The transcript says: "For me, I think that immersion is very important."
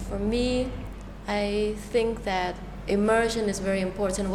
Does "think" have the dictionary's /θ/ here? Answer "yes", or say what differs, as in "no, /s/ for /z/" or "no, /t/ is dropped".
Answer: yes